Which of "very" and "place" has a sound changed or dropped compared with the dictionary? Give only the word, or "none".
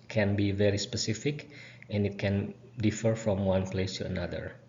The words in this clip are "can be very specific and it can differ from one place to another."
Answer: none